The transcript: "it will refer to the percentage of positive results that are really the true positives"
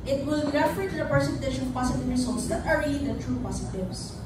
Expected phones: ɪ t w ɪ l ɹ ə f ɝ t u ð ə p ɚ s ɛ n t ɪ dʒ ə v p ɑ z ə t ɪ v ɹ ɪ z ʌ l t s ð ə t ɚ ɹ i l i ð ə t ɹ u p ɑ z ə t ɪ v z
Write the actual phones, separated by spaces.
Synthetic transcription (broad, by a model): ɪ t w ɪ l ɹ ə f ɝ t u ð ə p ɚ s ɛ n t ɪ ʃ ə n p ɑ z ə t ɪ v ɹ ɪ s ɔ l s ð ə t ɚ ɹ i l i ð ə t ɹ u p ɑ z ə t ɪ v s